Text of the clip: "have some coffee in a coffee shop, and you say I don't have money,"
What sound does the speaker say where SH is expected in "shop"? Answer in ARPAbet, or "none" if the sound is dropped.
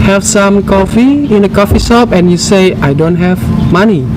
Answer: S